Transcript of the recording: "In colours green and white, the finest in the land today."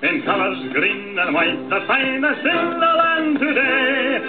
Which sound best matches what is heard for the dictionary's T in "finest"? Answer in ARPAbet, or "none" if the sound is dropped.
none